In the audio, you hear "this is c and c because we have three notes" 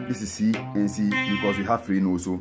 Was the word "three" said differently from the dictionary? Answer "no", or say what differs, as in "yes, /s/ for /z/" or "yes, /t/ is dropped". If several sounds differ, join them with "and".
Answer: yes, /f/ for /θ/